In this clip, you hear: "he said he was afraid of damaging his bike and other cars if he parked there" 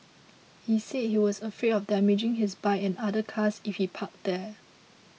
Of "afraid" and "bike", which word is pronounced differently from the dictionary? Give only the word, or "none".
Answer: bike